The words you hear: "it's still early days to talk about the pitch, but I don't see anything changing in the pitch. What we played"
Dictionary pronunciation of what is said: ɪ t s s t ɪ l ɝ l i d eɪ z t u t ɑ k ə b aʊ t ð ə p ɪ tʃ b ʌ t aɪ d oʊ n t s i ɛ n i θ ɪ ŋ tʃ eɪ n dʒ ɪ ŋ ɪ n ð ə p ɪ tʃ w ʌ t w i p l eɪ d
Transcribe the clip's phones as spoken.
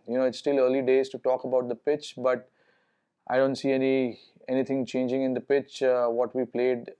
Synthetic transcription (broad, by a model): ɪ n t s t ɪ l ɝ l i d eɪ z t u t ɑ k ə b aʊ t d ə p ɪ tʃ b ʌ t aɪ d oʊ n t s i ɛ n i t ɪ ŋ tʃ eɪ n dʒ ɪ ŋ ɪ n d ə p ɪ tʃ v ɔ t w i p l eɪ d